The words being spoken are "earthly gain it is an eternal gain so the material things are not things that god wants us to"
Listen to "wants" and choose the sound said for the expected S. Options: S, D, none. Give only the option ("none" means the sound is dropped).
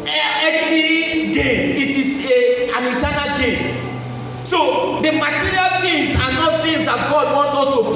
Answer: none